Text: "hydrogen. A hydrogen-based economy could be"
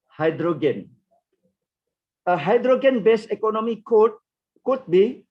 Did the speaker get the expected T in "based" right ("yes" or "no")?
no